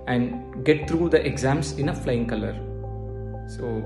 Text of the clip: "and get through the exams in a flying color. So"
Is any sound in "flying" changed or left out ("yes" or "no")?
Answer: no